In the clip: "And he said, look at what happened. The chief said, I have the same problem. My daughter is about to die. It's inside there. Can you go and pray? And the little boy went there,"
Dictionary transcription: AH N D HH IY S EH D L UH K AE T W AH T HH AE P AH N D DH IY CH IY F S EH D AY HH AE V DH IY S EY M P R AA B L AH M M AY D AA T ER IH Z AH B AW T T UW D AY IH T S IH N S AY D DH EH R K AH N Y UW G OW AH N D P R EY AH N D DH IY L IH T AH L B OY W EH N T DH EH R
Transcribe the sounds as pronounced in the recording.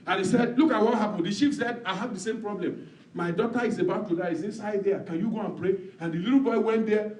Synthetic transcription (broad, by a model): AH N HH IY S EH D L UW K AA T W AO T HH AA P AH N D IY SH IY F S EH D AY HH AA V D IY S EY M P R AA B L AH M M AY D AA T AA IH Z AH B AW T T UW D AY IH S IH N S AY D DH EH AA K AH N Y UW G OW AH N P R EY AH N D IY L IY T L B OY W EH N T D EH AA